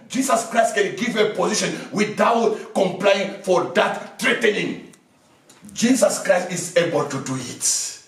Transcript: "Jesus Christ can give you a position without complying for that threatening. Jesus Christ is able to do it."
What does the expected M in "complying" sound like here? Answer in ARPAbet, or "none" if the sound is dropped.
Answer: M